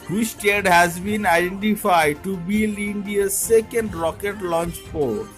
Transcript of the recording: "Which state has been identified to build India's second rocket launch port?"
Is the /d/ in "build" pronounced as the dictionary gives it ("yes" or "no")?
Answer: no